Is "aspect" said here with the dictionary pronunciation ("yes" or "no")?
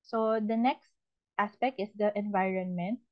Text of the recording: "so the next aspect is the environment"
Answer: yes